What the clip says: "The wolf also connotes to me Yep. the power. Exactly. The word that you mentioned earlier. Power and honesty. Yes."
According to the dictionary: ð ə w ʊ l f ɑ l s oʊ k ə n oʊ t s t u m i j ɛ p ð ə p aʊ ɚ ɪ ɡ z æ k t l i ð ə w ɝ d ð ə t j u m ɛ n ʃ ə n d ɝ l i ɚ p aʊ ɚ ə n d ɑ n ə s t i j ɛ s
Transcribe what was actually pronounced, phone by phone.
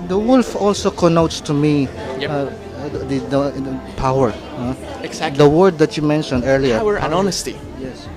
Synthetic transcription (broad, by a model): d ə w ʊ l f ɑ l s oʊ k ə n oʊ t s t u m i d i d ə p aʊ ɚ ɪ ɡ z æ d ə w ɝ d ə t j u m ɛ n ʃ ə n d ɝ l i ɚ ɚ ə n ɑ n ə s t i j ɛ s